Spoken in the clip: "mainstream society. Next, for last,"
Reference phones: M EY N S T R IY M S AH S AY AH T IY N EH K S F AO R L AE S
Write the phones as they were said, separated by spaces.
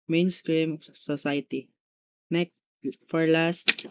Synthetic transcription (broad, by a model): M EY N S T R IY M S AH S AY T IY N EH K F AO R L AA S